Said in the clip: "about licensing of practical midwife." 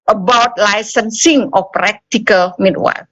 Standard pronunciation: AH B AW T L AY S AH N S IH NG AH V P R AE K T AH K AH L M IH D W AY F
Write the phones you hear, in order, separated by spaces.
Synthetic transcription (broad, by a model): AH B AW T L AY S AH N S IH NG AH F P R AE K T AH K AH L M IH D W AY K